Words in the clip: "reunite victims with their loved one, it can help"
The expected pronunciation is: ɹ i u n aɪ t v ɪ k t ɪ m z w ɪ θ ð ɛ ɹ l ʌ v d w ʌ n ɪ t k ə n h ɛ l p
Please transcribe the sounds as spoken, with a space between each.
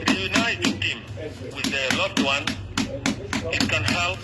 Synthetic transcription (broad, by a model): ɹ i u n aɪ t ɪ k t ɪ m w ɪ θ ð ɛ l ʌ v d w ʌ n ɪ t k ə n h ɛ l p